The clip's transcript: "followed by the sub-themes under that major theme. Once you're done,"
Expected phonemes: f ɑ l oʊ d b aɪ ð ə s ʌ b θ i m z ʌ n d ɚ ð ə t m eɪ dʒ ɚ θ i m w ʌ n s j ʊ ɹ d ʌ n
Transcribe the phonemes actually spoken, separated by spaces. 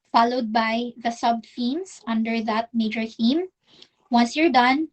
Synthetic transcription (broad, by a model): f ɑ l oʊ d b aɪ ð ə s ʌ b f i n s ʌ n d ɚ ð ə t m eɪ dʒ ɚ θ i m w ʌ n s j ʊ ɹ d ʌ n